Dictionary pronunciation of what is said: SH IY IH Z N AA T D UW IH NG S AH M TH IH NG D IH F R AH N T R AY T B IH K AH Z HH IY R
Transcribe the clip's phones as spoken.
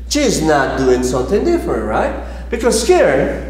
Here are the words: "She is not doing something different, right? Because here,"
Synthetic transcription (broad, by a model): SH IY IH Z N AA T D UW IH NG S AH M TH IH NG D IH F R AH N T R AY T B IH K AH Z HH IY R